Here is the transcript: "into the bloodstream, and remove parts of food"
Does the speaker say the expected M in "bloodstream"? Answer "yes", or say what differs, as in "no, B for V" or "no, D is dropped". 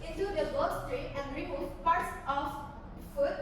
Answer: no, M is dropped